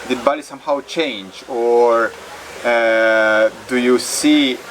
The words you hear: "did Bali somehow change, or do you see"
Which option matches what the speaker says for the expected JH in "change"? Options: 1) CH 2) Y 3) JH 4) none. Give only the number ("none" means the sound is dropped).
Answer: 3